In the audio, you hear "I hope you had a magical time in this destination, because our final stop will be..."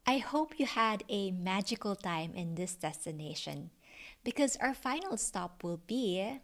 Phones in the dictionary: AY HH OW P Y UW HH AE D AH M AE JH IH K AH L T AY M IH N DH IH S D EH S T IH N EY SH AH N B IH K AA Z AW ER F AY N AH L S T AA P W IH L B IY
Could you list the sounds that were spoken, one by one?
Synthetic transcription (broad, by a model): AY HH OW P Y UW HH AE D AH M AE JH IH K AH L T AY M IH N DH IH S D EH S T IH N EY SH AH N B IH K AA Z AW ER F AY N AH L S T AA P W IH L B IY